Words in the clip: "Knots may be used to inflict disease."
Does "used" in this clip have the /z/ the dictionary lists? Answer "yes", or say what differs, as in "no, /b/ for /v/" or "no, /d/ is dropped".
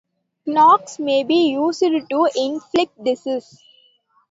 no, /s/ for /z/